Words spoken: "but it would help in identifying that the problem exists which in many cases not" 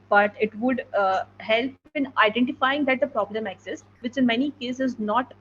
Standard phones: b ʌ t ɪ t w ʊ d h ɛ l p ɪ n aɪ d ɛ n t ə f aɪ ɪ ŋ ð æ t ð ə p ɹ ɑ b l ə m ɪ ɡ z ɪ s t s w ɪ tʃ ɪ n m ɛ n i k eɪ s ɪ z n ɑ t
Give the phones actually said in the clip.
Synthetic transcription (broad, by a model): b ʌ t ɪ t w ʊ d h ɛ l p ɪ n aɪ d ɛ n t ə f aɪ ɪ ŋ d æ t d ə p ɹ ɑ b l ə m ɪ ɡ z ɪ s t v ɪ tʃ ɪ n m ɛ n i k eɪ s ɪ z n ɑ t